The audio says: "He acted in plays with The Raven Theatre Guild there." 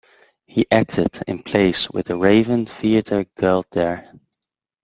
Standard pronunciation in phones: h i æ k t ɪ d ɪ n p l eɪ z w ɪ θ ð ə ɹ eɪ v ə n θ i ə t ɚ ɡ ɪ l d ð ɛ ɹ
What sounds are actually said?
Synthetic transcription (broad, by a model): h i æ k t ɪ d ɪ n p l eɪ s w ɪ ð ə ɹ eɪ v ə n θ i ə t ɚ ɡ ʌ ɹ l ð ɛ ɹ